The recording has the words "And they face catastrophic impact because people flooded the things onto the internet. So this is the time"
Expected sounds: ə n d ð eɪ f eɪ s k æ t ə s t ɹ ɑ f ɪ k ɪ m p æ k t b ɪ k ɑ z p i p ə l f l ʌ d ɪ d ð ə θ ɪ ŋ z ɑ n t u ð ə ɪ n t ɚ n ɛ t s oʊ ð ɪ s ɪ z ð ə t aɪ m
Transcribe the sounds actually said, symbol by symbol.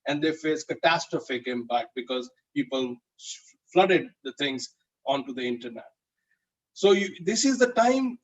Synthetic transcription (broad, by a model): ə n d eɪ f eɪ s k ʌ t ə s t ɹ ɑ f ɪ k ɪ m p æ k t b ɪ k ɑ z p i p ə l f l ʌ d ɪ d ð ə t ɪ ŋ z ɑ n t u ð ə ɪ n t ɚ n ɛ t s oʊ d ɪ s ɪ z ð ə t aɪ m